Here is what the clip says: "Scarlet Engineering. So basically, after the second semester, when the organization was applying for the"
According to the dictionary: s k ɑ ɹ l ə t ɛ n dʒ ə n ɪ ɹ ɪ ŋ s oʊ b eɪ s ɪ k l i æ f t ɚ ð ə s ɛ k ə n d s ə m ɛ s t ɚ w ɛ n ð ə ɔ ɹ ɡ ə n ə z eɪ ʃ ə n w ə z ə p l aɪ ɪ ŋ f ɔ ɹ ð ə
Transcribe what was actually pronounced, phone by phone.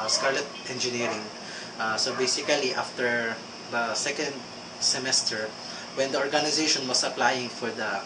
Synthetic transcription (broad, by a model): s k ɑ ɹ l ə t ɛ n dʒ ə n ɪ ɹ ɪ ŋ s oʊ b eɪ s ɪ k l i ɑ f t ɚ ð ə s ɛ k ə n d s ə m ɛ s t ɚ w ɛ n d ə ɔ ɹ ɡ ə n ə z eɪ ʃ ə n w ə s ə p l aɪ ɪ ŋ f ɔ ɹ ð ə